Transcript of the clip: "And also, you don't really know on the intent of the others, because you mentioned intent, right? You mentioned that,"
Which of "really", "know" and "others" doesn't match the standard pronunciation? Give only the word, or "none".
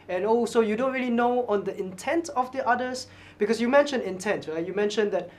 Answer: others